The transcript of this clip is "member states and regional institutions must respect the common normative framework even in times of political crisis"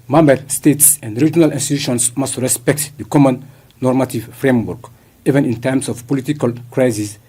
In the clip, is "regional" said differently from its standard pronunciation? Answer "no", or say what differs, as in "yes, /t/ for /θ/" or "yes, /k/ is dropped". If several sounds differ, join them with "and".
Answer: no